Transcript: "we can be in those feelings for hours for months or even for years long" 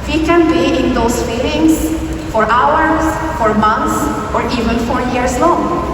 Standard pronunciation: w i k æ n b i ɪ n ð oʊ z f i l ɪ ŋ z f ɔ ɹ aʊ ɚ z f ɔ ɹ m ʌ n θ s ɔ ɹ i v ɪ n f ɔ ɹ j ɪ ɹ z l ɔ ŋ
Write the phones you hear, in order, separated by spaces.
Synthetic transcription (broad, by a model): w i k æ n b i ɪ n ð oʊ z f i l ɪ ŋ s f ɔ ɹ aʊ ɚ s f ɔ ɹ m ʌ n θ s ɔ ɹ i v ɪ n f ɔ ɹ j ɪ ɹ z l ɔ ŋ